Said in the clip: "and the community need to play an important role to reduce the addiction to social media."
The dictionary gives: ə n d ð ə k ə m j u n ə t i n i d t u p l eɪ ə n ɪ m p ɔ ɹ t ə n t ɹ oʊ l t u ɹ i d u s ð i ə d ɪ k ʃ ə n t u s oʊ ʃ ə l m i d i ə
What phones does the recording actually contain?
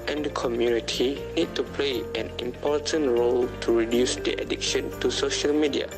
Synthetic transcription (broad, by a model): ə n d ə k ə m j u n ə t i n i d t u p l eɪ ə n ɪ m p ɔ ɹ t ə n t ɹ oʊ l t u ɹ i d u s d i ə d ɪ k ʃ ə n t u s oʊ ʃ ə l m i d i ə